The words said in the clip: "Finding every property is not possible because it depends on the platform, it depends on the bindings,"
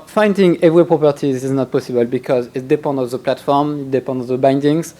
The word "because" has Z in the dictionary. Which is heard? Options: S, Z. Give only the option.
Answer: Z